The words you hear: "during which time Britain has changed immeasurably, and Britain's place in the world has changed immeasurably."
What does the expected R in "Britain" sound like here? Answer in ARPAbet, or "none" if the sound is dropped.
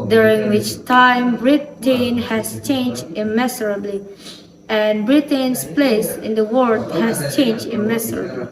R